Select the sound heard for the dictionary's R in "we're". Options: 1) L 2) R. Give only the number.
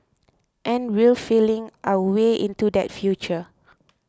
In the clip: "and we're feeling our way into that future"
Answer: 1